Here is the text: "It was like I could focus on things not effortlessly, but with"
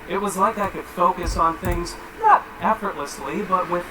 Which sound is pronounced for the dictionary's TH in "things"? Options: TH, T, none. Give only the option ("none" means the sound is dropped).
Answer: TH